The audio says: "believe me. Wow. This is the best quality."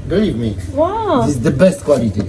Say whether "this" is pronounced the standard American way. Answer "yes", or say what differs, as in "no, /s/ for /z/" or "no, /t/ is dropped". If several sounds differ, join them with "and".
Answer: no, /s/ is dropped